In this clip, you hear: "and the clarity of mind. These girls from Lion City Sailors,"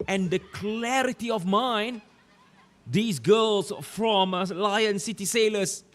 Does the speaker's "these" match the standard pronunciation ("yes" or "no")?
no